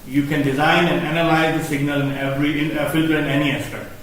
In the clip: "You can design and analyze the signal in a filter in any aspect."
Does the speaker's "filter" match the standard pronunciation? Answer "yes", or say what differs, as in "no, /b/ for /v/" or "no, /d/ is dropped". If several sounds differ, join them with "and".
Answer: yes